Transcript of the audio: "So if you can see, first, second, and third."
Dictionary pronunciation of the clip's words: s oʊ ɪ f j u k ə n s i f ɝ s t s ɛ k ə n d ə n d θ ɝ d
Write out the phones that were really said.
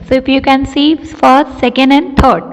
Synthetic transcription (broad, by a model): s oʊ ɪ f j u k ə n s i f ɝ t s ɛ k ə n d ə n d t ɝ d